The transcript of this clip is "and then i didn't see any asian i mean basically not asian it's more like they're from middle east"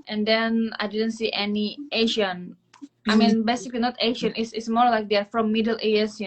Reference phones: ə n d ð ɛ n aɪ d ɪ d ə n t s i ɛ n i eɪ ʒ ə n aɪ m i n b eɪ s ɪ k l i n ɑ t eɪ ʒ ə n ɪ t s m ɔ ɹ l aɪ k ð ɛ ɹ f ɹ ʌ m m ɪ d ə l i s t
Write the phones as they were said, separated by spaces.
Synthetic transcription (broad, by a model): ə n d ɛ n aɪ d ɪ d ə n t s i ɛ n i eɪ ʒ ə n aɪ m i n b eɪ s ɪ k l i n ɑ t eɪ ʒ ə n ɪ s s m ɔ ɹ l aɪ k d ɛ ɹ f ɹ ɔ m m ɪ d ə l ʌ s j